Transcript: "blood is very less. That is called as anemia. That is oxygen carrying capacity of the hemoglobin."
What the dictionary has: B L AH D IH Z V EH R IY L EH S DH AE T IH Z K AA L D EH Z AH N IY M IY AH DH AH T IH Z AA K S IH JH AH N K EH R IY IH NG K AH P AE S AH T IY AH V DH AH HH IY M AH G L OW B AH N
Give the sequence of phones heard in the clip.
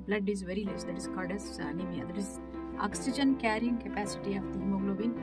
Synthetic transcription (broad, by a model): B L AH D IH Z V EH R IY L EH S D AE T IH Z K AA D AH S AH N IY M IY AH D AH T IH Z AA K S IH JH AH N K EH R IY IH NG K AH P AE S AH T IY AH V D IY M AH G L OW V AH N